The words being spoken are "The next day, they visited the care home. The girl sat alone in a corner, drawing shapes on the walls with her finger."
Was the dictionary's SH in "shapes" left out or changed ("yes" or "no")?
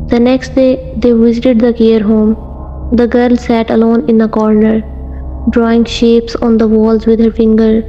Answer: no